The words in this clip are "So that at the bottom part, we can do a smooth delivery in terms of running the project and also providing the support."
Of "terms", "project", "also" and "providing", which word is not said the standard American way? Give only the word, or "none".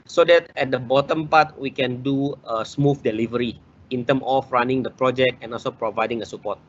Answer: terms